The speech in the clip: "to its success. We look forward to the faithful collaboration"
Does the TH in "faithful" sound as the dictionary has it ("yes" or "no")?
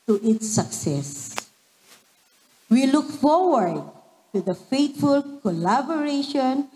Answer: no